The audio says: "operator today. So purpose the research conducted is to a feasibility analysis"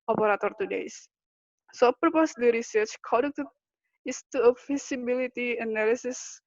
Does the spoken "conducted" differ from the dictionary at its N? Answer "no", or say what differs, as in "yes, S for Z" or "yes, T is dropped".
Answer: yes, N is dropped